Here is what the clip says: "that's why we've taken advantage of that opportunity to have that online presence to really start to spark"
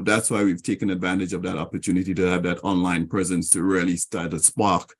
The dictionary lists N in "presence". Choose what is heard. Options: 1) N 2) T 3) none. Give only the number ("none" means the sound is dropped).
1